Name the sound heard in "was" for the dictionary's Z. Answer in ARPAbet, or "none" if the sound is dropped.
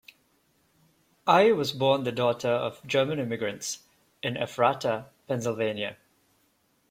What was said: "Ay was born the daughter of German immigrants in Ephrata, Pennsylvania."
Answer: Z